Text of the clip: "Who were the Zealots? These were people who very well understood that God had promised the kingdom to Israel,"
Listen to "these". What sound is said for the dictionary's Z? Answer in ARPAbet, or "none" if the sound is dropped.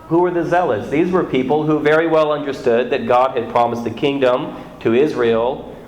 Z